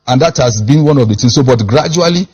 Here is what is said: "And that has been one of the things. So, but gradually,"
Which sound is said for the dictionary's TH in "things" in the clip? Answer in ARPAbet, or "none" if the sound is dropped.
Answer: T